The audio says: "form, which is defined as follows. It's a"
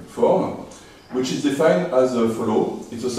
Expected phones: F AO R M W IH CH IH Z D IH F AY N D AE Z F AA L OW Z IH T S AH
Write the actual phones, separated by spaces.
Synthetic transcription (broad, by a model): F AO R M W IH CH IH Z D IH F AY N D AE Z F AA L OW IH T S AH